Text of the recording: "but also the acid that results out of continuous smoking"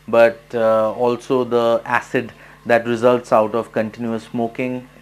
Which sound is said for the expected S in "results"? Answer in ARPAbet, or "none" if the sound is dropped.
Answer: S